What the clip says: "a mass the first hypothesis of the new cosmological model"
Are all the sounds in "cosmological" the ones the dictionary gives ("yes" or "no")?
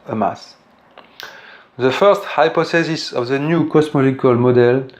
no